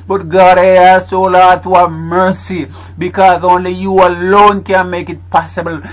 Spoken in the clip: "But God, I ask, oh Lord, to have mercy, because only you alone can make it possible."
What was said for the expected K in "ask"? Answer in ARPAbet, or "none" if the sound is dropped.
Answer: none